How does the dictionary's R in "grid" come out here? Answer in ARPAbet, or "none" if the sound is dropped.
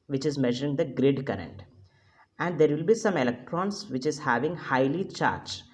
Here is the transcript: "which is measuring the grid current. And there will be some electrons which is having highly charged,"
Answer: R